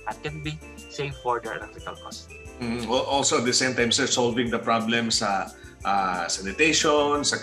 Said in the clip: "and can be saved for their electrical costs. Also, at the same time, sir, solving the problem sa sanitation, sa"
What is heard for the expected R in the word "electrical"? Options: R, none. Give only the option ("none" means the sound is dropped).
none